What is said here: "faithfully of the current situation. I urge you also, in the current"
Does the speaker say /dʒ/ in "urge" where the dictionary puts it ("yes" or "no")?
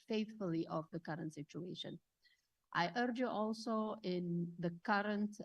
yes